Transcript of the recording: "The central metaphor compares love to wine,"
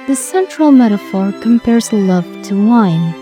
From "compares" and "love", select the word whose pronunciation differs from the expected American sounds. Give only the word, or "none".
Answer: none